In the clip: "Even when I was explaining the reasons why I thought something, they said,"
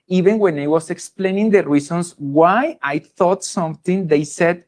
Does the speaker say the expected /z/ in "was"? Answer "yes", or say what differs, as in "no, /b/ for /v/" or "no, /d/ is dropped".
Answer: no, /s/ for /z/